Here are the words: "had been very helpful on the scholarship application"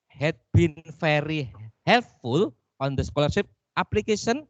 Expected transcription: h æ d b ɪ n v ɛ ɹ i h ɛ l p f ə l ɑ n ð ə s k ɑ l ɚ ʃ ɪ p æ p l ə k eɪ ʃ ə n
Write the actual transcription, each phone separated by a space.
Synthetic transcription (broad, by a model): h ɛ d b ɪ n f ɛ ɹ i h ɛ l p f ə l ɑ n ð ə s k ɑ l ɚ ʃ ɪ p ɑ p l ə k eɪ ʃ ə n